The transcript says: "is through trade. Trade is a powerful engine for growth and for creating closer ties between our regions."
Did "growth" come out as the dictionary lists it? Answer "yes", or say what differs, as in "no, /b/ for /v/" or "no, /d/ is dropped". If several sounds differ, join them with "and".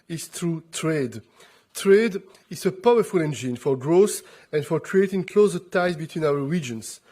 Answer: no, /s/ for /θ/